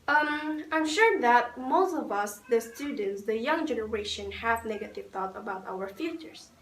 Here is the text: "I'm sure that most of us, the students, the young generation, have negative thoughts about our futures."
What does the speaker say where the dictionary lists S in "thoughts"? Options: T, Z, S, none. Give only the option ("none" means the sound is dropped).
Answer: none